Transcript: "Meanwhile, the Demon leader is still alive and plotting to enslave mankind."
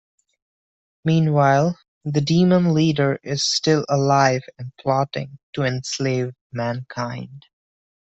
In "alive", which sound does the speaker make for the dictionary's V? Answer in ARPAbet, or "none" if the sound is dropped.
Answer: V